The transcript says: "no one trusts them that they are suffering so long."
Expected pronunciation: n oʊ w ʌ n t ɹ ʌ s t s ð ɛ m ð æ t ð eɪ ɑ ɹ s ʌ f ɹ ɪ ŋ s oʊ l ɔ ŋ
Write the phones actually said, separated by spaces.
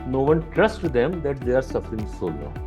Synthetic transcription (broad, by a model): n oʊ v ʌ n t ɹ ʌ s t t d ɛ m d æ t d eɪ ɑ ɹ s ʌ f ɹ ɪ ŋ s oʊ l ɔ